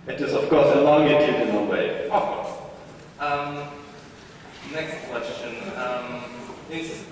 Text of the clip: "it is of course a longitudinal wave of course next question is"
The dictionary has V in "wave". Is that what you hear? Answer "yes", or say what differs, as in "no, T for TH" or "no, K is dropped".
no, V is dropped